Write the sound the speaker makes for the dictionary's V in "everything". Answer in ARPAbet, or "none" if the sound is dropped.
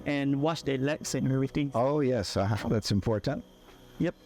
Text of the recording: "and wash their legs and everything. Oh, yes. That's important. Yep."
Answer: none